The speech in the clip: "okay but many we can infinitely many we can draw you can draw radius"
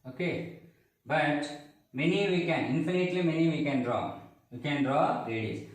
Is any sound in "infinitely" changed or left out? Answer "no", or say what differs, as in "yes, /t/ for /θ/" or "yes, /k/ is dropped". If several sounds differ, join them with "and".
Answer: no